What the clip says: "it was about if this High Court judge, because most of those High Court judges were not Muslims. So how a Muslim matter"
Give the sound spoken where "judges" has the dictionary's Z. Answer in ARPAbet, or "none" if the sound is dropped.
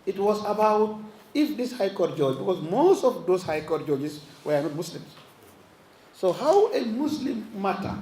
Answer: S